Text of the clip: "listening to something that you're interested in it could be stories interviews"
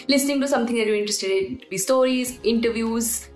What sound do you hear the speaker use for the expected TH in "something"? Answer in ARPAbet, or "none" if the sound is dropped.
T